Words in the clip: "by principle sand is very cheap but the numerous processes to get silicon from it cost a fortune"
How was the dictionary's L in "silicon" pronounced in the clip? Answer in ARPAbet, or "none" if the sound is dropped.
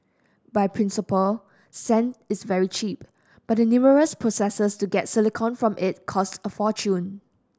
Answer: L